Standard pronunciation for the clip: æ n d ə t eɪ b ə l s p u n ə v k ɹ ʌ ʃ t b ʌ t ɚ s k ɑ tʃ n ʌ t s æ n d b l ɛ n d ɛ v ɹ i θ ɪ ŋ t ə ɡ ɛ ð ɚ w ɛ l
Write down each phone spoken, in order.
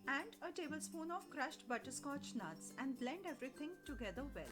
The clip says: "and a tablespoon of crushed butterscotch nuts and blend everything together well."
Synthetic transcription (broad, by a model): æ n d ə t eɪ b ə l s p u n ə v k ɹ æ ʃ t b ʌ t ɚ s k ɑ tʃ n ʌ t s æ n d b l ɛ n d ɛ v ɹ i t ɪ ŋ t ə ɡ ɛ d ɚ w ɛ l